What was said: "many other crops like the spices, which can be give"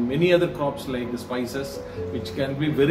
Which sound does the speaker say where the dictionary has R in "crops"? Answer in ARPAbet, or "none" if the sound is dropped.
R